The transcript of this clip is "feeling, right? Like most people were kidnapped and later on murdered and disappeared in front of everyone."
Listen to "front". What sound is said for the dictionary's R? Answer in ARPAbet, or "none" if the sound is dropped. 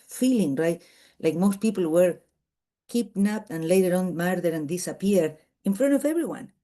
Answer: R